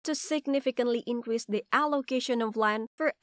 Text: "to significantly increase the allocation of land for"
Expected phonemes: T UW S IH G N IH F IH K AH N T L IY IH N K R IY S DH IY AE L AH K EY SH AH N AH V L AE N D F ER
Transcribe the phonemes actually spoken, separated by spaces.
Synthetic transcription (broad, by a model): T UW S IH G N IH F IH K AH N T L IY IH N K R IY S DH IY AE L AH K EY SH AH N AH V L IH N F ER